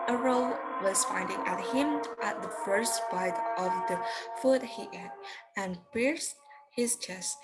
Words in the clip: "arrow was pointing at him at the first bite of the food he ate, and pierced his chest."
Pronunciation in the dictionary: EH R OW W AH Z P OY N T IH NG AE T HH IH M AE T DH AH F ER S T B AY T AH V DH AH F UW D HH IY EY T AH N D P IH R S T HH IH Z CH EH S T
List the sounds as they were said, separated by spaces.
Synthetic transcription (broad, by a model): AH R OW W AH Z F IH N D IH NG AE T HH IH M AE T DH AH F ER S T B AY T AH V DH AH F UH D HH IY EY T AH N P IH R S T HH IH Z CH EH S T